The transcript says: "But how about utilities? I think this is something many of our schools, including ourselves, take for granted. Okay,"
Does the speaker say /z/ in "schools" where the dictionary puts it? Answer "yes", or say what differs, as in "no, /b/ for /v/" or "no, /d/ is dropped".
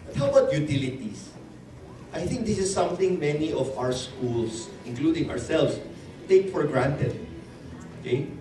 no, /s/ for /z/